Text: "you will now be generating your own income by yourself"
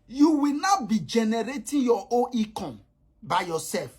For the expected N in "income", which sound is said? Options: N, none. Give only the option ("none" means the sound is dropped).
none